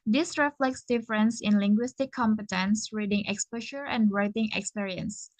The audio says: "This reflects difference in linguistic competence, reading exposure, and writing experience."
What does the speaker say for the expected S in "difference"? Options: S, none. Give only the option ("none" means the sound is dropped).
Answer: S